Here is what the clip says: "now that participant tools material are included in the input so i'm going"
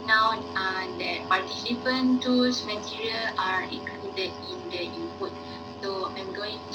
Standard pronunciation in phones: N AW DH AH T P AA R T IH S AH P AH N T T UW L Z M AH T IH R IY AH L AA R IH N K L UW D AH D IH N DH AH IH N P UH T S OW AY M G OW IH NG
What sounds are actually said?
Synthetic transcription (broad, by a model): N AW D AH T P AA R T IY S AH P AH N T T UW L S M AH T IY R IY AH L AA R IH K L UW D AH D IH N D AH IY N P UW T S OW AY M G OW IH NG